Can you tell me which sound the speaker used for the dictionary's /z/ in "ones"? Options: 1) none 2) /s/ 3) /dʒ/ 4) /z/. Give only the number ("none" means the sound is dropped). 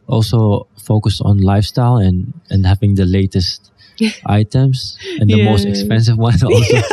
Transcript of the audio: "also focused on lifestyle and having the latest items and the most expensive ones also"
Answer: 1